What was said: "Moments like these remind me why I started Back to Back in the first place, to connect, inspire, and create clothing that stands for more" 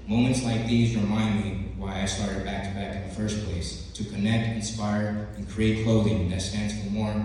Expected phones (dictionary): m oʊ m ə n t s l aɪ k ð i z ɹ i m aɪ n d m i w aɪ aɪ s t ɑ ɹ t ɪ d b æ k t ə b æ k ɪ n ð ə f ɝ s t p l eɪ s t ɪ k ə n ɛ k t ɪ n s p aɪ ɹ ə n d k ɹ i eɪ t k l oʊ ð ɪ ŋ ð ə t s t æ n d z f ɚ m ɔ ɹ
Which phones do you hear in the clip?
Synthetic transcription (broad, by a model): m oʊ m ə n t s l aɪ k ð i z ɹ i m aɪ n d m i w aɪ aɪ s t ɑ ɹ t ɪ d b æ k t b æ k ɪ n ð ə f ɝ s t p l eɪ s t ɪ k ə n ɛ k t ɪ n s p aɪ ɹ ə n k ɹ i eɪ t k l oʊ ð ɪ ŋ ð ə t s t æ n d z f ɚ m ɔ ɹ